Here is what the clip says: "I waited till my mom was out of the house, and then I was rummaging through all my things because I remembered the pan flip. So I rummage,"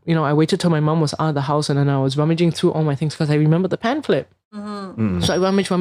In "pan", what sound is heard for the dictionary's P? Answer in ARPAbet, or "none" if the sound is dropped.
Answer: P